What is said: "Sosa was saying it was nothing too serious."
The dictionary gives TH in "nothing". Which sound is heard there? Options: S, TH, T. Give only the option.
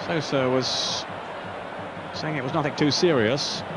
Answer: TH